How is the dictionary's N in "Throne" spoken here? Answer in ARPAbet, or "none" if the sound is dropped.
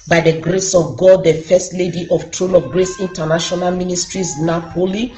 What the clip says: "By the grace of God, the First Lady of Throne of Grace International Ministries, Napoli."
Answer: L